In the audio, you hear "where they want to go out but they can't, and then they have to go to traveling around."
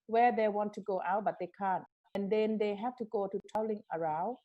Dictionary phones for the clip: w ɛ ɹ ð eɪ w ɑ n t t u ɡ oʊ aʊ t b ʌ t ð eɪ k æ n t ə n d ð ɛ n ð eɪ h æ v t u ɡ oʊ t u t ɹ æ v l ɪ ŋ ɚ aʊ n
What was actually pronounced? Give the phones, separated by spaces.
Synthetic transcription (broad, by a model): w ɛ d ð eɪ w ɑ n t t u ɡ oʊ aʊ t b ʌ t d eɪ k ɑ n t ə n d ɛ n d eɪ h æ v t u ɡ oʊ t u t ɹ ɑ l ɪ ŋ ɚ aʊ